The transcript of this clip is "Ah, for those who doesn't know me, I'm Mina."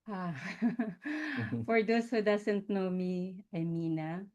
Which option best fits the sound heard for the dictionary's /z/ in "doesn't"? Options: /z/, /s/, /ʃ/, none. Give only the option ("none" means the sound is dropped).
/s/